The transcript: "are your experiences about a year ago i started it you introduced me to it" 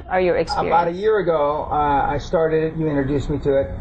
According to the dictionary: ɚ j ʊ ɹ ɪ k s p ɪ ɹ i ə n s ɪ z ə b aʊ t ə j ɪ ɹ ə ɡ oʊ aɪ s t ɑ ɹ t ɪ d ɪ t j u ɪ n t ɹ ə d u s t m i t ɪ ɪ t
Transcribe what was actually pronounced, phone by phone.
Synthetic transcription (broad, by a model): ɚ j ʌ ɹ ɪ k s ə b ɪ ə t ə j ɪ ɹ ə ɡ oʊ aɪ s t ɑ ɹ t ɪ d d j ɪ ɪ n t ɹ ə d u s m i t ɪ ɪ t